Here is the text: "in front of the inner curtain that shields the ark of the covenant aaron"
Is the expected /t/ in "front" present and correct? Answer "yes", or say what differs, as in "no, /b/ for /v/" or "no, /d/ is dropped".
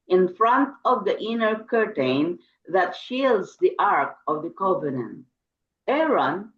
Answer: yes